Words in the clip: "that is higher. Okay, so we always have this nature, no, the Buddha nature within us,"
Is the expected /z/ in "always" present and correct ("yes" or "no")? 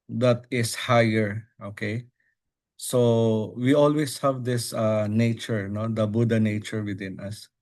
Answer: no